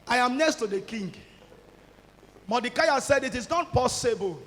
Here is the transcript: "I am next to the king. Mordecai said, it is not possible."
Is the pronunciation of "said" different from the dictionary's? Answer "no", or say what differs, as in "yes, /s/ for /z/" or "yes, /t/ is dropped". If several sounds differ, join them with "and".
no